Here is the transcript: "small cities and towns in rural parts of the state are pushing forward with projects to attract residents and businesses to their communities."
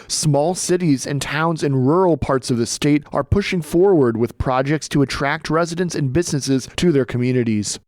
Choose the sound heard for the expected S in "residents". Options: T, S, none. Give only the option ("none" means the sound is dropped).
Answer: S